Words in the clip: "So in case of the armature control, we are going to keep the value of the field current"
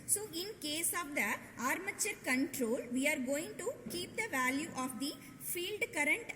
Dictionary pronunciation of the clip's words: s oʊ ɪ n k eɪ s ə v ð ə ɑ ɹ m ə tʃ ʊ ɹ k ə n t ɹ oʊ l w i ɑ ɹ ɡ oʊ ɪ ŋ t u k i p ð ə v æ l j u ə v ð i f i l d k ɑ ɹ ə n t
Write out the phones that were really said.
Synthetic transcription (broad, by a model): s oʊ ɪ n k eɪ s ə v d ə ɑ ɹ m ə tʃ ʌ ɹ k ə n t ɹ oʊ l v i ɑ ɹ ɡ oʊ ɪ ŋ t u k i p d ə v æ l j u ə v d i f i l d k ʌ ɹ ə n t